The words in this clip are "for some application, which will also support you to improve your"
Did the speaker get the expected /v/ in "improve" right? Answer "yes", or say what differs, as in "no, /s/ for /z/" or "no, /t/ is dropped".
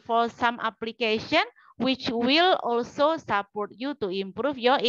no, /f/ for /v/